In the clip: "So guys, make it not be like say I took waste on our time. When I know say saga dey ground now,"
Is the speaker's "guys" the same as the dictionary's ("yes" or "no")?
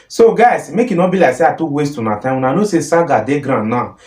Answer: no